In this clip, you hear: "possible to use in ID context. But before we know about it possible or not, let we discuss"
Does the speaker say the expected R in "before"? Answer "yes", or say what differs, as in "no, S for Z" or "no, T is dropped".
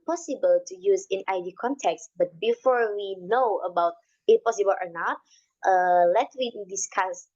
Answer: yes